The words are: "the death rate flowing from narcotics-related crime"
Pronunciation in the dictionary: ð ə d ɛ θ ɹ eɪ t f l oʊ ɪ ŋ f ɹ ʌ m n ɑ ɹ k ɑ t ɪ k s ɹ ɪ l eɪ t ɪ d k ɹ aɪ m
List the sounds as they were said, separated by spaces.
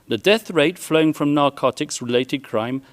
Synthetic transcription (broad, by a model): ð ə d ɛ θ ɹ eɪ t f l oʊ ɪ ŋ f ɹ ʌ m n ɑ ɹ k ɑ t ɪ k s ɹ ɪ l eɪ t ɪ d k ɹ aɪ m